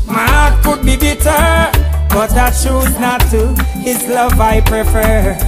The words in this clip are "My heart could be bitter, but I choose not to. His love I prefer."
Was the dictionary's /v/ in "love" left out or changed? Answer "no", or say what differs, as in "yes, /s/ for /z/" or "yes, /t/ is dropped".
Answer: no